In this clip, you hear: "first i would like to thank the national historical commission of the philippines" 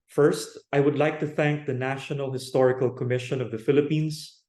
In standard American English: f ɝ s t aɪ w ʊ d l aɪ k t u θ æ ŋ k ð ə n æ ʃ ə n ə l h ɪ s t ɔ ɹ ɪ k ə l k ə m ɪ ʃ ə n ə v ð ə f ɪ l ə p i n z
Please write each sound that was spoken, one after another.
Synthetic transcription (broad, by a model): f ɝ s t aɪ w ʊ d l aɪ k t u θ æ ŋ k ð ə n æ ʃ ə n ə l h ɪ s t ɔ ɹ ɪ k ə l k ə m ɪ ʃ ə n ə v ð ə f ɪ l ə p i n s